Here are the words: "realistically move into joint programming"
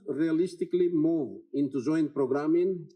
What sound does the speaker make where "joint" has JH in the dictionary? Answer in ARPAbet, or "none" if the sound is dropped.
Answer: Z